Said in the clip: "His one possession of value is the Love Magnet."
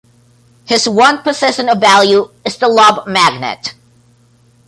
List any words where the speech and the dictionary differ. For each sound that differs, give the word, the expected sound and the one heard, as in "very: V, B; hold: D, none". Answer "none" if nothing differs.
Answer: love: V, B